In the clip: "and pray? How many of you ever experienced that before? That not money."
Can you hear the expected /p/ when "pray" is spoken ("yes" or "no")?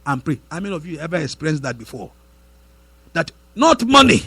yes